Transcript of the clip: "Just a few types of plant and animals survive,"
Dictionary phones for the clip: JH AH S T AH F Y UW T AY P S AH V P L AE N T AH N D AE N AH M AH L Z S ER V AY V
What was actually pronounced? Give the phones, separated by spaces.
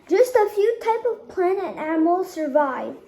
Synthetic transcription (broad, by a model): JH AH S T AH F Y UW T AY P AH V P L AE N AH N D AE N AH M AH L S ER V AY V